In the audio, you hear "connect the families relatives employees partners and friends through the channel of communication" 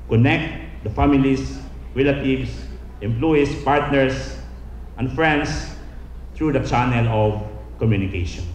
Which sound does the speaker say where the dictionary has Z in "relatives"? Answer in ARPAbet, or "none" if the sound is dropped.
S